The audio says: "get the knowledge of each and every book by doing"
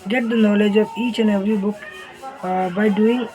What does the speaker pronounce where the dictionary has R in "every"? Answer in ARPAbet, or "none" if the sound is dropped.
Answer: R